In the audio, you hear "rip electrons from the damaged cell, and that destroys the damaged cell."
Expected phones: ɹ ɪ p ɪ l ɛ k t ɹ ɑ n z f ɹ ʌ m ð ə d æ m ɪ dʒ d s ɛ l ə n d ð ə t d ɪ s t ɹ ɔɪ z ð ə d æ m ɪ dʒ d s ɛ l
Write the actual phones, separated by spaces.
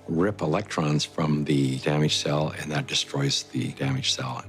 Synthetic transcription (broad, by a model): ɹ ɪ p ɪ l ɛ k t ɹ ɑ n z f ɹ ʌ m ð ə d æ m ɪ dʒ s ɛ l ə n ð ə t d ɪ s t ɹ ɔɪ z ð ə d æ m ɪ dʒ s ɛ l